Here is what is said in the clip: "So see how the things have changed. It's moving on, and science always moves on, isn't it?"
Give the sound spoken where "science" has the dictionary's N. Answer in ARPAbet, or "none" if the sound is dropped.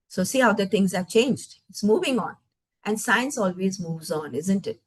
N